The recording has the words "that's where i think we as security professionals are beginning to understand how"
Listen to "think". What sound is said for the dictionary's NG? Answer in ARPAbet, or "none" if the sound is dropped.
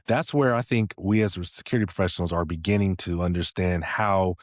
NG